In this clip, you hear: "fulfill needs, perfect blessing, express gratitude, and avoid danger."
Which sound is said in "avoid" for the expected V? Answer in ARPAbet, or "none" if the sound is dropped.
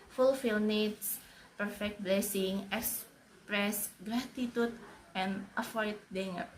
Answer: F